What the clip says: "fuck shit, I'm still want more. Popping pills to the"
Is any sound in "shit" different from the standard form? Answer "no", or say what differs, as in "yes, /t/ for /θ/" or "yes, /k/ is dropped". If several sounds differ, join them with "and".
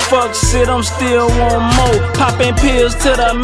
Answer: yes, /s/ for /ʃ/